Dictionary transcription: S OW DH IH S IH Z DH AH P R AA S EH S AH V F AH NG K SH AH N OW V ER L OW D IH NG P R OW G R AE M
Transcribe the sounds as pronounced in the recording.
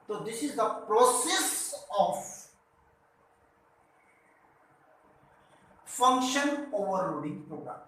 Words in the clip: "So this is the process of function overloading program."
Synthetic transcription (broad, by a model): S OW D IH S IH Z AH P R AA S EH S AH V F AH NG K SH AH N OW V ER OW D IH NG P R OW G R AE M